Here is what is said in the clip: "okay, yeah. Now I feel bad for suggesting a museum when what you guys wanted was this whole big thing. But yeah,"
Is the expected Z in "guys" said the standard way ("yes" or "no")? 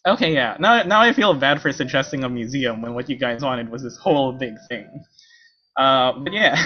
yes